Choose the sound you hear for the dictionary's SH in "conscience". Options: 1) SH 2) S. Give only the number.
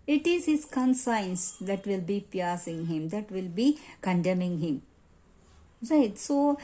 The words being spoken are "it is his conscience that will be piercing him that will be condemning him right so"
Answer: 2